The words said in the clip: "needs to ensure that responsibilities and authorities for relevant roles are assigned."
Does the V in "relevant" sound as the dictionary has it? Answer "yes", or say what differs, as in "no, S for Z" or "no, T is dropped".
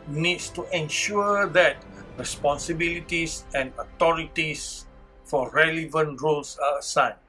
yes